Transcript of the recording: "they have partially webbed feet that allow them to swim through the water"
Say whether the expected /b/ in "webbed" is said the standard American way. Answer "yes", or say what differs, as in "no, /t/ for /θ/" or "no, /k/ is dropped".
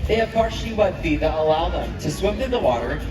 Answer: no, /b/ is dropped